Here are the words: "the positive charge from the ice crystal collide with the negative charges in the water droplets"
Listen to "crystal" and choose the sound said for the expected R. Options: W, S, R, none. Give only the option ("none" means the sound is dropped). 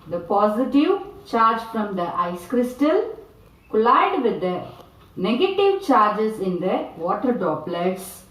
R